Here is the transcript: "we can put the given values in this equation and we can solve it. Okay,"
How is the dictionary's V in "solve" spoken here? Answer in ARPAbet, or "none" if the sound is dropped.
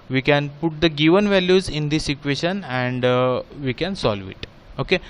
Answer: V